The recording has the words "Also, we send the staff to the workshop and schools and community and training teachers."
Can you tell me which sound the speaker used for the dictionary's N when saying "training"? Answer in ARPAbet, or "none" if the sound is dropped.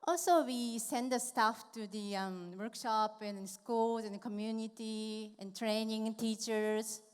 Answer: N